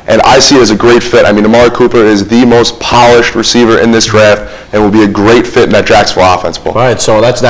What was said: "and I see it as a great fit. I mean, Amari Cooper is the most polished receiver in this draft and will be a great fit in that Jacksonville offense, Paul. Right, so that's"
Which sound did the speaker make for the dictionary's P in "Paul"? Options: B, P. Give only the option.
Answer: B